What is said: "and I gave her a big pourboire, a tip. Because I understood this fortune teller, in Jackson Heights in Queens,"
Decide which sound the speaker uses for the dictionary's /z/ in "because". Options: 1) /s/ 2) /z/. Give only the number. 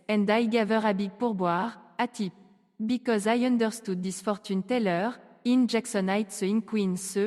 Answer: 2